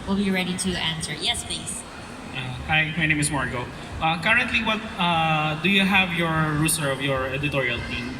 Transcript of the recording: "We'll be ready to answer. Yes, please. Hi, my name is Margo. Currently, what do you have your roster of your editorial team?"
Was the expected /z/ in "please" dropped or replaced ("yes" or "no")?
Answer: yes